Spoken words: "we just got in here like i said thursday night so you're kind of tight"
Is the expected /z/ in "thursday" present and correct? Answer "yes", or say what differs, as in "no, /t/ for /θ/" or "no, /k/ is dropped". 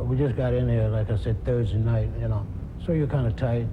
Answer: yes